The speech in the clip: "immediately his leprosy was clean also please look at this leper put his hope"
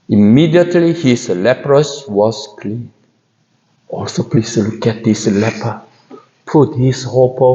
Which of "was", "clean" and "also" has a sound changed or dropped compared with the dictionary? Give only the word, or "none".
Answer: was